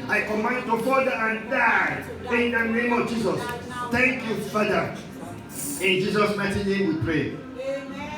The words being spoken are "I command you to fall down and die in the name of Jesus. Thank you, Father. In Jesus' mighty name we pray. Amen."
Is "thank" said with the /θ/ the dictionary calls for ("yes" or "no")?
no